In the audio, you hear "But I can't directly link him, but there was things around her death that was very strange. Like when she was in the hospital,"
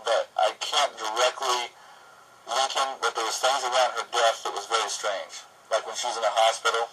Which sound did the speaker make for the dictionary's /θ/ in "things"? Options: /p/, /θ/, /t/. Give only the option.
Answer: /θ/